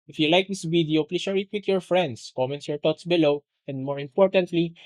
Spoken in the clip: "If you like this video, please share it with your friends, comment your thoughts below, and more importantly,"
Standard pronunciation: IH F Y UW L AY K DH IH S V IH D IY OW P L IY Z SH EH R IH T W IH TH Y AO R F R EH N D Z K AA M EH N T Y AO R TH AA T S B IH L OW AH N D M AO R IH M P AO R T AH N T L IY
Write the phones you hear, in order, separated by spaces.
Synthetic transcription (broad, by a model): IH F Y UW L AY K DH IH S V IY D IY OW P L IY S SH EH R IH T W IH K Y AO R F R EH N D S K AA M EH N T Y AO R T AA T S B IH L OW AH N D M AO R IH M P AO R T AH N T L IY